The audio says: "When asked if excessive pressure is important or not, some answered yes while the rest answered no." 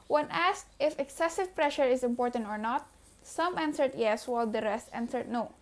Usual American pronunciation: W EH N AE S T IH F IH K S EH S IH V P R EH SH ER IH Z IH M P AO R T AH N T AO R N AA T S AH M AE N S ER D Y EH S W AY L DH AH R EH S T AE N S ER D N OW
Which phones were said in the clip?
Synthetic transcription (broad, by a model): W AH N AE S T IH F IH K S EH S IH V P R EH SH ER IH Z IH M P AO R T AH N T AO R N AA T S AH M AE N S ER D Y EH S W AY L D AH R EH S T AE N S ER D N OW